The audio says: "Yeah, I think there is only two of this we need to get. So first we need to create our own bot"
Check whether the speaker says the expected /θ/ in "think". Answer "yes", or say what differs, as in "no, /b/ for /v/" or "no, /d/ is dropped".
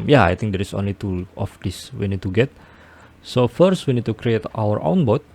no, /t/ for /θ/